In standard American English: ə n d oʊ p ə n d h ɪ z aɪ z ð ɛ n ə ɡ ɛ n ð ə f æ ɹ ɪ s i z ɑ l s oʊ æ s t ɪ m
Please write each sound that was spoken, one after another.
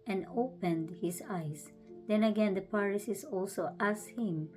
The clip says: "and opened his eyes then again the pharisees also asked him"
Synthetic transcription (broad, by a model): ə n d oʊ p ə n d h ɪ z aɪ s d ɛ n ə ɡ ɛ n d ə p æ ɹ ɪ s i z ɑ l s oʊ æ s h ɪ m